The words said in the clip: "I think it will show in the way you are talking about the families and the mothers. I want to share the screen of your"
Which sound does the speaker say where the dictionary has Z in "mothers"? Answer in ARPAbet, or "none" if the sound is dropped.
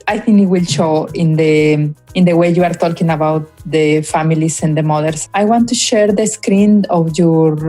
S